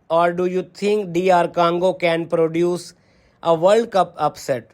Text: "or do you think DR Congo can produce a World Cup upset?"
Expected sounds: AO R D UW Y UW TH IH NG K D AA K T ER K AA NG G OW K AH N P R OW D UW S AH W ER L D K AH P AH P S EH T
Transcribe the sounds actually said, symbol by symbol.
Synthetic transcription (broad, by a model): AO R D UW Y UW T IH NG K D AA T K AA NG G OW K AH N P R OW D UW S AH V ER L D K AH P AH P S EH T